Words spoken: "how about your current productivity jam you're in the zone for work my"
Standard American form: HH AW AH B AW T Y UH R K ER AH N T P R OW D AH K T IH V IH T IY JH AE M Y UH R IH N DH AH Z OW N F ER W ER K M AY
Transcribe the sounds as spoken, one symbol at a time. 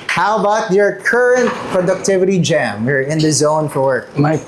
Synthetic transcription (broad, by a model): HH AW AH B AW T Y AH R K ER AH N T P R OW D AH K T IH V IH T IY JH AE M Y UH R IH N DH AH Z OW N F ER W ER K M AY